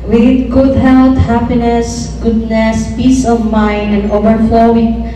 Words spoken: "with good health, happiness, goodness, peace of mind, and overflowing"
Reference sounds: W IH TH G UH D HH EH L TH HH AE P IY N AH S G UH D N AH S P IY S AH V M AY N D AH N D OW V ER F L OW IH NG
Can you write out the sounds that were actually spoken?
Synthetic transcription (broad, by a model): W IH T G UH D HH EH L T HH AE P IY N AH S G UH D N AH S P IY S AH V M AY N D AH N D OW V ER F L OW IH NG